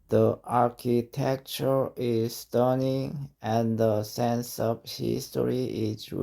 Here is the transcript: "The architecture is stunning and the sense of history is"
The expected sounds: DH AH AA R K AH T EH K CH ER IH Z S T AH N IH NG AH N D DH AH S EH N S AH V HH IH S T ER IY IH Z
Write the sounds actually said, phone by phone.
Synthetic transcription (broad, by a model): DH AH AA R K AH T EH K CH ER IH Z S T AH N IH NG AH N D DH AH S EH N S AH V HH IH S T ER IY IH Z